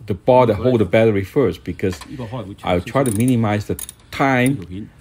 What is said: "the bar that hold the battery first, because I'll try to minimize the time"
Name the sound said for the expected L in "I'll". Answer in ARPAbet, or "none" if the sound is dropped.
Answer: W